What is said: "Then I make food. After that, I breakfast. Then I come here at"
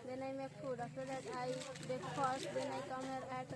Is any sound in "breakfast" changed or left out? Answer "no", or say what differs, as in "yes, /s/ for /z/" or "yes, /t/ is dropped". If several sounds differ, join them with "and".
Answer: yes, /ɹ/ is dropped